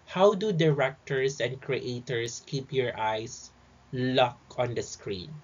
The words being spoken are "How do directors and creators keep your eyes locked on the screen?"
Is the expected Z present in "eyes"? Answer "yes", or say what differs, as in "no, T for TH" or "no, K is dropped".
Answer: no, S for Z